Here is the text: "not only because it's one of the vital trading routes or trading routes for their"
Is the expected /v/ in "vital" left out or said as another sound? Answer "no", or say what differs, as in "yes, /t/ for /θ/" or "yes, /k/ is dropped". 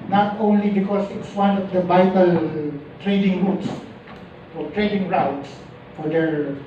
yes, /b/ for /v/